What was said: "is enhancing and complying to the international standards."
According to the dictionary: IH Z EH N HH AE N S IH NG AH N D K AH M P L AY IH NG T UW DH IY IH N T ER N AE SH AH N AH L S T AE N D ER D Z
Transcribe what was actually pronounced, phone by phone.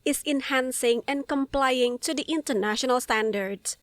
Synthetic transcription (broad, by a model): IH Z EH N HH AE N S IH NG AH N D K AH M P L AY IH NG T UW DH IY IH N T ER N AE SH AH N AH L S T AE N D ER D